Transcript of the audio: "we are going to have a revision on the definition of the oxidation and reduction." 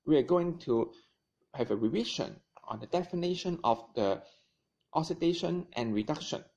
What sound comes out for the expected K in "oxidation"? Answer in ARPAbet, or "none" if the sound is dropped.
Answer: none